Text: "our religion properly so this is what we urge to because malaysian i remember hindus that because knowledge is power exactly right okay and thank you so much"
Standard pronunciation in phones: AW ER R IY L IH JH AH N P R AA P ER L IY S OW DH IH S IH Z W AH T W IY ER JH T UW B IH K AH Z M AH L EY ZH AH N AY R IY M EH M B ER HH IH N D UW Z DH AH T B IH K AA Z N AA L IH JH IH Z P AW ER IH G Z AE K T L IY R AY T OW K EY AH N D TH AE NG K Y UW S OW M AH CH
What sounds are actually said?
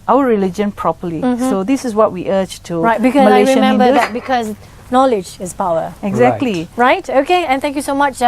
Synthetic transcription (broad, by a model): AW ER R IY L IH JH AH N P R AA P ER L IY S OW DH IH S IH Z W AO T W IY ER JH T UW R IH AH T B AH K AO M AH L AY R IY M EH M B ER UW D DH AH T B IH K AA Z N AA L IH JH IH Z P AW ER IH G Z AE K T L IY R AY T OW K EY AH N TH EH NG K Y UW S OW M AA CH